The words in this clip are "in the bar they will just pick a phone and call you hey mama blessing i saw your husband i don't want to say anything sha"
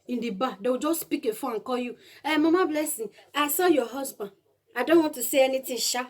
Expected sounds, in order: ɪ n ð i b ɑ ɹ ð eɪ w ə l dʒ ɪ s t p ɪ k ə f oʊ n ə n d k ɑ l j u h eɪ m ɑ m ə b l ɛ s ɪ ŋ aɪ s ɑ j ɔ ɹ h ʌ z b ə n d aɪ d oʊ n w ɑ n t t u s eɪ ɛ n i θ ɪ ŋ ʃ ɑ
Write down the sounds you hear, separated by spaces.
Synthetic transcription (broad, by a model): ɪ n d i b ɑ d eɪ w dʒ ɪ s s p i k ə f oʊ ə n k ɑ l j u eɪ m ɑ m ə b l ɛ s ɪ ŋ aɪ s ɑ j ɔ h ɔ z b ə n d aɪ d oʊ n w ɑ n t t u s eɪ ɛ n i t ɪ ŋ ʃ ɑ